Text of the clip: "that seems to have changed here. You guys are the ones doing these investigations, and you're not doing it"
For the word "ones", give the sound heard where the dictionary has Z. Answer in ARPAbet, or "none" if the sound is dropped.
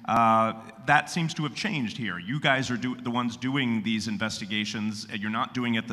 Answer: Z